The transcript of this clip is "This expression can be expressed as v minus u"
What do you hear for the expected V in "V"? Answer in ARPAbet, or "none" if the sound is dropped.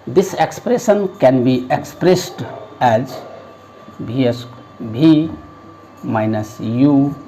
B